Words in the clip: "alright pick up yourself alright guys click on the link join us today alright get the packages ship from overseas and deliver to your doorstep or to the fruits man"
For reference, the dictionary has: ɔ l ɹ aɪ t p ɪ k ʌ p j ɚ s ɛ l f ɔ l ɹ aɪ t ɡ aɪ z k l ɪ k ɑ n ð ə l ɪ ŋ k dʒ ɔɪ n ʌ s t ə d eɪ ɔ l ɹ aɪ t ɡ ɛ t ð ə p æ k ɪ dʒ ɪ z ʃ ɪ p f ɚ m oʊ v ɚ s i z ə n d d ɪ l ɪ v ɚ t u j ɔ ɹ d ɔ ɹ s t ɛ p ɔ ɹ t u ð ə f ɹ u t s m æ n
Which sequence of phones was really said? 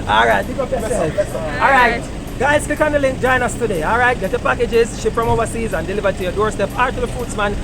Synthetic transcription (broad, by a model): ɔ l ɹ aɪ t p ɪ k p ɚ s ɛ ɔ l ɹ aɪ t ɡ aɪ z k ɪ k ɑ n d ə l ɪ ŋ k dʒ ɔɪ n ʌ s t ə d eɪ ɔ l ɹ aɪ t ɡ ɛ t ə p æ k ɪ dʒ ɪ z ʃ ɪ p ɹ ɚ m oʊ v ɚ s i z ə n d d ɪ l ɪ v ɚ t u j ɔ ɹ d ɔ ɹ s t ɛ p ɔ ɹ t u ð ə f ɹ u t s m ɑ n